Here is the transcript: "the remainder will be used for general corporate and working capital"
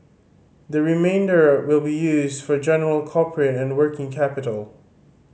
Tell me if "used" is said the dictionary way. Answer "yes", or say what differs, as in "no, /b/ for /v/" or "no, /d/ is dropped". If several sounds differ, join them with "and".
yes